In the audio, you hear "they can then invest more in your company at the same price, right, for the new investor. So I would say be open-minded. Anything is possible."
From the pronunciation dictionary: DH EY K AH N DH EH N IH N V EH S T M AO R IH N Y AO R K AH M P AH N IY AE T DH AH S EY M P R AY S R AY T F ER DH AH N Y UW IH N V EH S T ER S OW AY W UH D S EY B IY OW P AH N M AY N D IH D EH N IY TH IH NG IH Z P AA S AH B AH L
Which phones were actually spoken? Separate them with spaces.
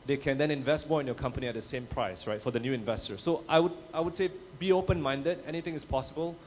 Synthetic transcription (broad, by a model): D EY K AH N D EH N IH N V EH S T M AO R IH N Y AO K AH M P AH N IY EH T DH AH S EY M P R AY S R AY T F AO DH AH N Y UW IH N V EH S T ER S OW AY W UH D S EY B IY OW P AH N M AY N D IH D EH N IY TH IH NG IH S P AA S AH B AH L